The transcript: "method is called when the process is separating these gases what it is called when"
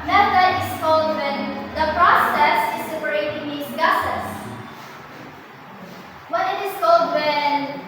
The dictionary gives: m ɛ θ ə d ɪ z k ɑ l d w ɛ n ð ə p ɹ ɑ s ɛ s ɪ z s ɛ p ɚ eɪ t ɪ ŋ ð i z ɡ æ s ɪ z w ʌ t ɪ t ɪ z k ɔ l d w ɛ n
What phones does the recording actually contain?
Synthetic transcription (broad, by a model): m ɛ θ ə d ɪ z k ɑ l d w ɛ n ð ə p ɹ ɑ s ɛ s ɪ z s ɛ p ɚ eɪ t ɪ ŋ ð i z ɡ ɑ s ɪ s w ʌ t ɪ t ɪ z k ɔ l d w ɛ n